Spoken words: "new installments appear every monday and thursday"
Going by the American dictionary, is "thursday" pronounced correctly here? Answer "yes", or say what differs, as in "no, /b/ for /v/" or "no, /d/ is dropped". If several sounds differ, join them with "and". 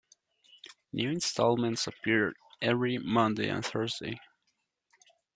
yes